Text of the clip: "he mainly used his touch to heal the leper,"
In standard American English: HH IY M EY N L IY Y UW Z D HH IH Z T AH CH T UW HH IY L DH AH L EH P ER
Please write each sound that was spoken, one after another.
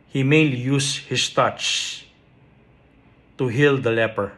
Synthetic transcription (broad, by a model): HH IY M EY N L IY Y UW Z HH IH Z T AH CH T UW HH IY L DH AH L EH P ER